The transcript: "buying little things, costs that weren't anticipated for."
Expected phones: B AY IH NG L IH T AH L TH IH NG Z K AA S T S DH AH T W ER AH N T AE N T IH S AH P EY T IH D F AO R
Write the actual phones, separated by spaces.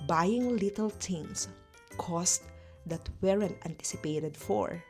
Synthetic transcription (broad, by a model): B AY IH NG L IH T AH L T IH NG S K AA S T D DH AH T W ER AH N T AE N T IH S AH P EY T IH D F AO R